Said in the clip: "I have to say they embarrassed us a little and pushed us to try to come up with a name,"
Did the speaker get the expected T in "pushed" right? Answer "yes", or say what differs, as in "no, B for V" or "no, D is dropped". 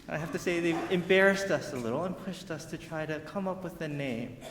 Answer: yes